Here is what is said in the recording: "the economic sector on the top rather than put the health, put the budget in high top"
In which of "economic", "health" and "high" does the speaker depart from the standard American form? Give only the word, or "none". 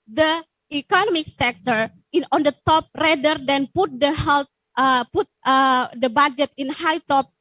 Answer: health